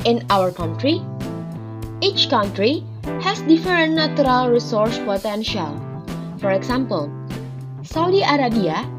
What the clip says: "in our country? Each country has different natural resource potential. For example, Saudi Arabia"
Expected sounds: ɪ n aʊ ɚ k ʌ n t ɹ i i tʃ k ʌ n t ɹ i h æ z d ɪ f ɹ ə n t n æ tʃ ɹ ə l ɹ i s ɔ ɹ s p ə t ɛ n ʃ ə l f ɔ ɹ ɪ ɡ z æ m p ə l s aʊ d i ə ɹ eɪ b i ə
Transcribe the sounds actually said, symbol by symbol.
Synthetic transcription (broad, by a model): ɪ n aʊ ɚ k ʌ n t ɹ i i tʃ k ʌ n t ɹ i h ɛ s d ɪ f ə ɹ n n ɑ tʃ ɹ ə l ɹ i s ɔ ɹ s p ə t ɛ n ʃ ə l f ɔ ɹ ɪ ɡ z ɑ m p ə l s aʊ d i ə ɹ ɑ b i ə